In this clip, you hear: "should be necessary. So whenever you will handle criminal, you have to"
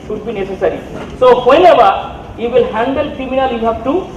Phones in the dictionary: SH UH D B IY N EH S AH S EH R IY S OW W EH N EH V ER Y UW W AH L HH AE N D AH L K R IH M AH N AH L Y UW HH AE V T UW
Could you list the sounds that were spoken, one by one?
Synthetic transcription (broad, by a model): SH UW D B IY N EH S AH S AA R IY S OW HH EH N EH B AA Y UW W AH L HH AE N D AH L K R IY M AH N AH L Y UW HH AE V T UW